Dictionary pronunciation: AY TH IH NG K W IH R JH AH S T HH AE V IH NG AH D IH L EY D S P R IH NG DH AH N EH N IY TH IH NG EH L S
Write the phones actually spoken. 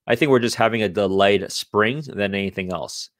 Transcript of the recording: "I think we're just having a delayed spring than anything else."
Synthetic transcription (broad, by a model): AY TH IH NG K W IH R JH AH S T HH AE V IH NG AH D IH L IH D S P R IH NG DH AH N EH N IY TH IH NG EH L S